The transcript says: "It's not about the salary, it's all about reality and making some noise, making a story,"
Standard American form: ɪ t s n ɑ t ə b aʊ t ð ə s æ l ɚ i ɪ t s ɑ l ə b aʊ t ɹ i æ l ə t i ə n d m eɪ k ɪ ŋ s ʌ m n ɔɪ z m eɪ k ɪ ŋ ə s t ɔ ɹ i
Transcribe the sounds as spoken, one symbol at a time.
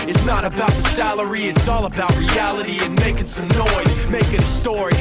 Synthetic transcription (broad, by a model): ɪ t s n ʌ t ə b aʊ t ð ə s æ l ɚ i ɪ t s ɑ l ə b aʊ t ɹ i æ l ə t i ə n m eɪ k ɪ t s ʌ m n ɔɪ z m eɪ k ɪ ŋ ə s t ɔ ɹ i